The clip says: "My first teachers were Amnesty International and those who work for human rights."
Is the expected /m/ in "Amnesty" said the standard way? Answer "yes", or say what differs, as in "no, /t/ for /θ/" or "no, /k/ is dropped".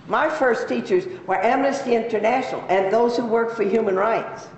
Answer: yes